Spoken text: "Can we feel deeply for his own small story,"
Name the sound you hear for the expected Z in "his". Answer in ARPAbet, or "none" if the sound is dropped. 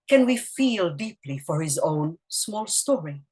Z